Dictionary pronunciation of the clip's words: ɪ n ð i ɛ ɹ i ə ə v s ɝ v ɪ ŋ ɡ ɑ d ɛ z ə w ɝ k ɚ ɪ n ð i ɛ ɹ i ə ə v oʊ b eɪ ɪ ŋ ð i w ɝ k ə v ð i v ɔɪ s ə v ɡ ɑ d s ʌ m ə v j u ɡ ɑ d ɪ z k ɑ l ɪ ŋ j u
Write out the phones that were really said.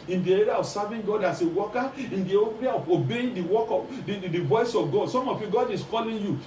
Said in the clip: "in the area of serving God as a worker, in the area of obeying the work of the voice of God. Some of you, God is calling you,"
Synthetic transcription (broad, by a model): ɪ n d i ɛ ɹ i ə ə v s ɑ v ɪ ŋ ɡ ɑ d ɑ s ə w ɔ k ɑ ɪ n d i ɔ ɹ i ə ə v oʊ b eɪ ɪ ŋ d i w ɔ k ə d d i v ɔɪ s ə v ɡ ɑ d s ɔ m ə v j u ɡ ɑ d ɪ s k ɑ l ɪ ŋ j u